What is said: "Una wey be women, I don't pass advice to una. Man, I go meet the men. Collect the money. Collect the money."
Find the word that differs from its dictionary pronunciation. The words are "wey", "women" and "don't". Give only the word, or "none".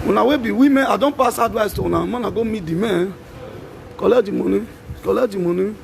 women